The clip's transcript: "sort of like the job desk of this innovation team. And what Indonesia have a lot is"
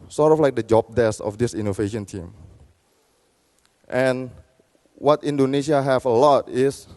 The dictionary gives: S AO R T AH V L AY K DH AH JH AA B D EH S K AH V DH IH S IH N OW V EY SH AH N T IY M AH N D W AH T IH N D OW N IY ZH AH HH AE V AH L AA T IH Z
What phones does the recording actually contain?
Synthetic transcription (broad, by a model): S AO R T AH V L AY K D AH JH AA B D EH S AH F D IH S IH N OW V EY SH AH N T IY M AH N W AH T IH N D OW N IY SH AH HH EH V AH L AA T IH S